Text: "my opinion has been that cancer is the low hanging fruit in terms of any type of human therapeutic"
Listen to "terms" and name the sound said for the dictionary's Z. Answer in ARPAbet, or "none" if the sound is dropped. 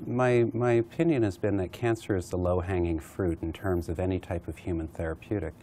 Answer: Z